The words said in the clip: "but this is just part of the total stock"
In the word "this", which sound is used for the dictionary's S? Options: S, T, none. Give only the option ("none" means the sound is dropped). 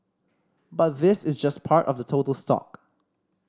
S